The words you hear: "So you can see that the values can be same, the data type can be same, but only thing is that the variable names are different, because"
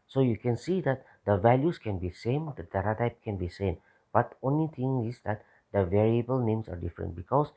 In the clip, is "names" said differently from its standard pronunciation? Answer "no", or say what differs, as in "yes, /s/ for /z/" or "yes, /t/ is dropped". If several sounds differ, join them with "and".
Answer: yes, /s/ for /z/